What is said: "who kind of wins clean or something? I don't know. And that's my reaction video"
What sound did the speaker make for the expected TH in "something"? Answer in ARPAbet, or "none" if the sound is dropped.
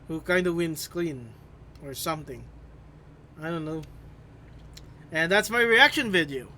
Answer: TH